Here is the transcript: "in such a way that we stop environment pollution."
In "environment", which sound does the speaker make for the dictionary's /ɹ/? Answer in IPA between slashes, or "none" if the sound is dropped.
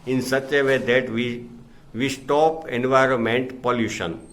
/ɹ/